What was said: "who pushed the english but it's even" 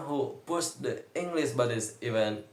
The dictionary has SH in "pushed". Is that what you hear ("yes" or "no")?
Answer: no